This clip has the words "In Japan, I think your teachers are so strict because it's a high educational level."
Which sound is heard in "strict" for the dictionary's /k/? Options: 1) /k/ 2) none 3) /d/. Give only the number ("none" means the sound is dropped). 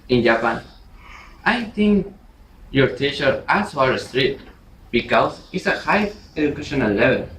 2